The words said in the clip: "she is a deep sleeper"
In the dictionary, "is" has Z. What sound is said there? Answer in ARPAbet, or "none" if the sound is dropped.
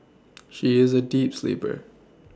Z